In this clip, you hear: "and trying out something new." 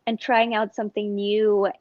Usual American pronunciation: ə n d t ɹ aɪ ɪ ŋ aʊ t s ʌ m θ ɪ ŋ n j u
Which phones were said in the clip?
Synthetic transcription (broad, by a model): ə n t ɹ aɪ ɪ ŋ aʊ t s ʌ m θ ɪ ŋ n j u